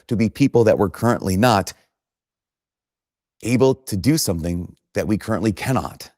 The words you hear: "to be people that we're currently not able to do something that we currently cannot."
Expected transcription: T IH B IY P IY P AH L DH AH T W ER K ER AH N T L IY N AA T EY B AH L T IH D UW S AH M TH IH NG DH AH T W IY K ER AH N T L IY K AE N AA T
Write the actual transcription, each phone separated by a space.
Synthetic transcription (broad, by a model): T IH B IY P IY P L DH AH T W ER K ER AH N T L IY N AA T EY B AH L T IH D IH S AH M TH IH NG DH AH T W IY K ER AH N T L IY K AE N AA T